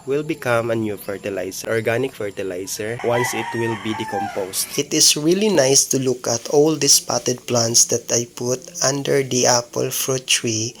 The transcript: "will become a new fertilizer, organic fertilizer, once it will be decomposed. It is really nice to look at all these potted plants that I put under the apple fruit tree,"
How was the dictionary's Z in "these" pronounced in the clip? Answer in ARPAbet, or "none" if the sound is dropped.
S